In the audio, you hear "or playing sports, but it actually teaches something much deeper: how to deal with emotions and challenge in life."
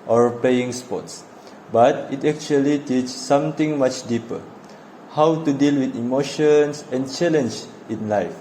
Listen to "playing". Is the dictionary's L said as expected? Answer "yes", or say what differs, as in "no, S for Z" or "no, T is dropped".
no, L is dropped